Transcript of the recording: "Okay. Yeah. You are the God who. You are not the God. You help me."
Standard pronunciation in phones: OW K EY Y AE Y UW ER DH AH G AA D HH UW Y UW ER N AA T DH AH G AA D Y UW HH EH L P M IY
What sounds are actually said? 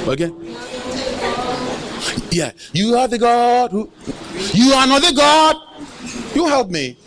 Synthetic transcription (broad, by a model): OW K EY Y AE Y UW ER DH AH G AA D HH UW Y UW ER N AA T DH AH G AA D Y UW HH EH L P M IY